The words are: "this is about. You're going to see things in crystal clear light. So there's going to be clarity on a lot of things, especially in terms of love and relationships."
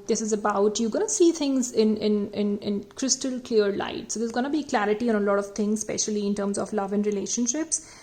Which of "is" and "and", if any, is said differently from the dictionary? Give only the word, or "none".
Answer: none